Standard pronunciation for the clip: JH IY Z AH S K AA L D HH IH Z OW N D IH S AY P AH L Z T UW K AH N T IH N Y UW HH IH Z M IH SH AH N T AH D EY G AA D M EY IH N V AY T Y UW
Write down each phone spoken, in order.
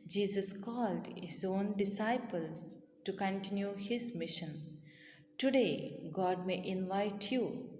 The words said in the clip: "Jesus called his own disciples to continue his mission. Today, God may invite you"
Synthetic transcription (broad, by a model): JH IY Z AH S K AA L D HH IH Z OW N D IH S AY P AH L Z T UW K AH N T IH N Y UW HH IH Z M IH SH AH N T AH D EY G AA D M EY IH N V AY T Y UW